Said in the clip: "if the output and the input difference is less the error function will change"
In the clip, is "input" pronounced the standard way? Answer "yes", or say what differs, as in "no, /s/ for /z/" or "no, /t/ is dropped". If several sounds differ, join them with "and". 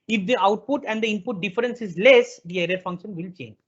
yes